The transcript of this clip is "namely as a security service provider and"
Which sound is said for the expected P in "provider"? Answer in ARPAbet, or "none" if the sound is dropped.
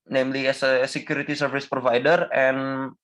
P